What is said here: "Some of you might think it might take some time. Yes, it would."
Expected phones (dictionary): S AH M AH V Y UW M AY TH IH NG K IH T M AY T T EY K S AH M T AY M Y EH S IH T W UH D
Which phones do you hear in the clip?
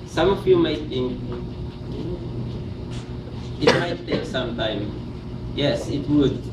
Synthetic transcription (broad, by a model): S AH M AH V Y UW M AY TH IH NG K IH T M AY T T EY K S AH M T AY M Y EH S IH T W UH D